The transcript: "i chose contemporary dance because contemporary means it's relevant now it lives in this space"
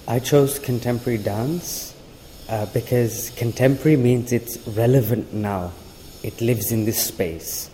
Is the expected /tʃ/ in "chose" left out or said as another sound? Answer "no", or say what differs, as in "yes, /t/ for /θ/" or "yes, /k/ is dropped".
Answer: no